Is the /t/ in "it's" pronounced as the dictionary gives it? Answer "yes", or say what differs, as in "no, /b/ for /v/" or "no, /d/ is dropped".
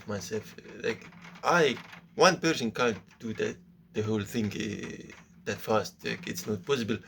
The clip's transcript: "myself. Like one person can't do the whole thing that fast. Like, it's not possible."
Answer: yes